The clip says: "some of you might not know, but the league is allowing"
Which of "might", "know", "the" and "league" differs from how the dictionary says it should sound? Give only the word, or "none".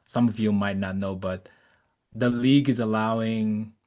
none